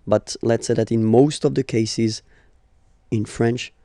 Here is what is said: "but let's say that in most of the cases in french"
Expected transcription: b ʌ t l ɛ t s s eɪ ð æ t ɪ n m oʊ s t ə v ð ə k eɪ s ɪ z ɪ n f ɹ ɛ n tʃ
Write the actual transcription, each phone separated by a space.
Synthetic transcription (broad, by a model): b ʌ t l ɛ t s s eɪ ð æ t ɪ n m oʊ s t ə v ð ə k eɪ s ɪ z ɪ n f ɹ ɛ n tʃ